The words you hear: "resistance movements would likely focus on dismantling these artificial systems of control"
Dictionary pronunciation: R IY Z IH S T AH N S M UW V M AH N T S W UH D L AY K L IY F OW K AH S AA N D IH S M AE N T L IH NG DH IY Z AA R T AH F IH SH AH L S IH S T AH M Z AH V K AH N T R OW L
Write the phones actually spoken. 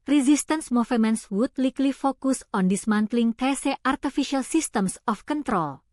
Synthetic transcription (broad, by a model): R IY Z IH S T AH N S M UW F M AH N S W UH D L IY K L IY F OW K AH S AA N D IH S M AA N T L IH NG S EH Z AA R T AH F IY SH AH L S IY S T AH M S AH F K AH N T R OW L